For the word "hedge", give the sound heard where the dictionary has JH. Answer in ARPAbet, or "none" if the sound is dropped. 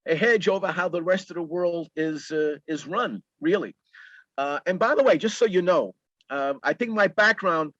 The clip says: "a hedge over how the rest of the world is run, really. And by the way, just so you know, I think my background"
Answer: JH